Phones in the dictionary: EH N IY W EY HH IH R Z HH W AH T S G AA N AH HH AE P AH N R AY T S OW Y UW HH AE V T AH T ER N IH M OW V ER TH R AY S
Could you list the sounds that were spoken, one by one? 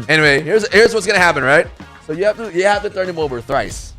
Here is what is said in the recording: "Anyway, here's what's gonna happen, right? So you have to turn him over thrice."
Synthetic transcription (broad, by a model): EH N IY W EY HH IH R Z HH W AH T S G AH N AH HH AE P AH N R AY T S OW Y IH HH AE F T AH T ER N IH M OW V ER TH R AY S